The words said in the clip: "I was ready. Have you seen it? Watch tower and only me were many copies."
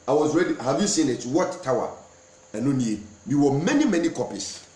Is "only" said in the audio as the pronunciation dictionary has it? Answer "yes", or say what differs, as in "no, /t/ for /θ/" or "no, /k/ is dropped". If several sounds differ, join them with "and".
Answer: no, /w/ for /l/